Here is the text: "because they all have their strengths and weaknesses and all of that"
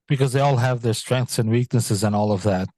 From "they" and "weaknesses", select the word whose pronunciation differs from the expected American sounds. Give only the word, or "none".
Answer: none